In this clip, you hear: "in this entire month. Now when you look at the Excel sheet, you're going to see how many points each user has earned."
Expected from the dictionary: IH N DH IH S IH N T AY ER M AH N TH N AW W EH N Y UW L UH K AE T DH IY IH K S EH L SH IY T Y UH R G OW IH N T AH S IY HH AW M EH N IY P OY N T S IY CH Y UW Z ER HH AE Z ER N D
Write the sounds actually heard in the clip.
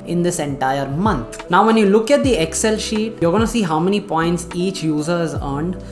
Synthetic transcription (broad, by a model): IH N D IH S IH N T AY ER M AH N T N AW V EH N Y UW L UH K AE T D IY IH K S EH L SH IY T Y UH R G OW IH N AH S IY HH AW M EH N IY P OY N T S IY CH Y UW Z ER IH Z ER N D